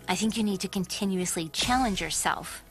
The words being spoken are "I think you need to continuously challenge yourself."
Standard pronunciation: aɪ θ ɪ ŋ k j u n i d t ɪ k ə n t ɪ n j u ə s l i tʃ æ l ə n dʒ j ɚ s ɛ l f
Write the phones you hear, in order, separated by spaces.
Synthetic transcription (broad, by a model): aɪ θ ɪ ŋ k j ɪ n i d t ɪ k ə n t ɪ n j u ə s l i tʃ æ l ə n dʒ j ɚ s ɛ l f